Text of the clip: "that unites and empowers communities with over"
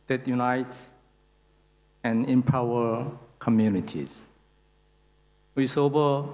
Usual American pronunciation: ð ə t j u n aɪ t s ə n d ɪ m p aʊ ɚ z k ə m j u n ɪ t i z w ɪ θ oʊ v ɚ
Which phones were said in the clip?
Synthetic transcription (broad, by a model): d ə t j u n aɪ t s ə n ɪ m p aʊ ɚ k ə m j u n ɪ t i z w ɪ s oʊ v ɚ